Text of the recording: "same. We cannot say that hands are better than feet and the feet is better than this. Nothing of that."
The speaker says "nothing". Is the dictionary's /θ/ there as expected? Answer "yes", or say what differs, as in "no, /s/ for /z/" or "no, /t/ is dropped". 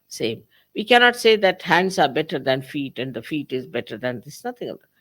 no, /t/ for /θ/